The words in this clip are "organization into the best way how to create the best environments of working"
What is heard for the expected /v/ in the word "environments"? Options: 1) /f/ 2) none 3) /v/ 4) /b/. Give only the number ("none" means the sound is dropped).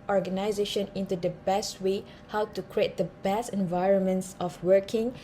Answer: 3